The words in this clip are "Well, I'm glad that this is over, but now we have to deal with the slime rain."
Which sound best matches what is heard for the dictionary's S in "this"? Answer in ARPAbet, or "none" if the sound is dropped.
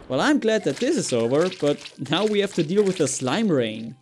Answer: S